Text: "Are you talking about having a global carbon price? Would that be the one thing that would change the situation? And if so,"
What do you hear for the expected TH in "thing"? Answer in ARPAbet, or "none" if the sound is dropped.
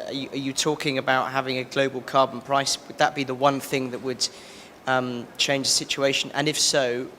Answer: TH